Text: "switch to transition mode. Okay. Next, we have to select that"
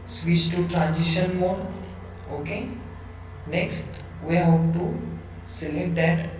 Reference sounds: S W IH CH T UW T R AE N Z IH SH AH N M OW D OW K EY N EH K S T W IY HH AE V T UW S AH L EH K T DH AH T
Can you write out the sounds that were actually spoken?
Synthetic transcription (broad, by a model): S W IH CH T UW T R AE N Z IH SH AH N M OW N OW K EY N EH K S T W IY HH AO P T UW S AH L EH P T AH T